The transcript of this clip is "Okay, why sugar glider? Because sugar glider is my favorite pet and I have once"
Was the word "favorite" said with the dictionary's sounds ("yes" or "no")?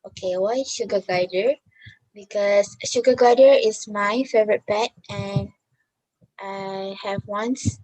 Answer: yes